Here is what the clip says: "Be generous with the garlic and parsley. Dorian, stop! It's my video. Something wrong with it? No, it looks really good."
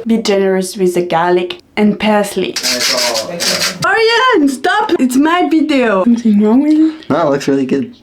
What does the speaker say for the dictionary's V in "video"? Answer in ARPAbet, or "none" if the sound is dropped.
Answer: B